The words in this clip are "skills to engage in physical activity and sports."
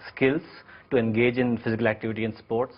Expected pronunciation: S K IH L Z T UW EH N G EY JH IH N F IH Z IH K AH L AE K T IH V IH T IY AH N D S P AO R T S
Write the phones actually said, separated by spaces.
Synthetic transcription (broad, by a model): S K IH L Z T UW EH N G EY JH IH N F IH Z IH K AH L AE K T IH V IH T IY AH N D S P AO R T S